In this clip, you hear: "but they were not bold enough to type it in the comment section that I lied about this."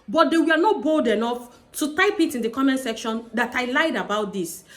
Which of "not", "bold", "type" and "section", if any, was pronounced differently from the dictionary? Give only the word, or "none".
none